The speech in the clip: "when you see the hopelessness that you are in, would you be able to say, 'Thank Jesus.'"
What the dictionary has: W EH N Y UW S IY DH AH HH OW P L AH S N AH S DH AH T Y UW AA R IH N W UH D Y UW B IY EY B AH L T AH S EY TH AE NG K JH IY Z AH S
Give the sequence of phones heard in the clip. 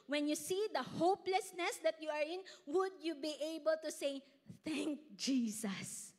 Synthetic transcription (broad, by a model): W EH N Y UW S IY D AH HH OW P L AH S N AH S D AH T Y UW AA R IH N W UH D Y UW B IY EY B AH L T AH S EY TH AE NG K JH IY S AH S